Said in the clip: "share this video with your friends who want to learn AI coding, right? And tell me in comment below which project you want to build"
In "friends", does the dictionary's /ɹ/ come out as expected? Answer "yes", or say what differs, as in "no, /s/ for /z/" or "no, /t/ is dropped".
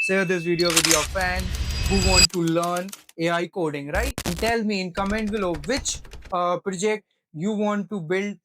no, /ɹ/ is dropped